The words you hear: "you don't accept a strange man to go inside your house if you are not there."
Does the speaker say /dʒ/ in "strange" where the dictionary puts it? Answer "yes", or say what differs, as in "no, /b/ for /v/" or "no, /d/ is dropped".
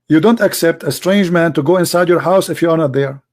yes